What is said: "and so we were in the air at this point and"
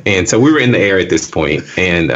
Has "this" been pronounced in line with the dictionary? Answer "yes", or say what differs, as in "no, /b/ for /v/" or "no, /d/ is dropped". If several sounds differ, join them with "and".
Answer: yes